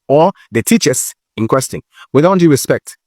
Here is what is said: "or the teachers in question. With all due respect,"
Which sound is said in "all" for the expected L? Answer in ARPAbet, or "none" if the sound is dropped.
N